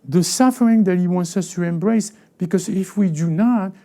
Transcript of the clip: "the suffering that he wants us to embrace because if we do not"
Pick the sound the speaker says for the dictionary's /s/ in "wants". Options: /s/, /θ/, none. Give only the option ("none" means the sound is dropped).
/s/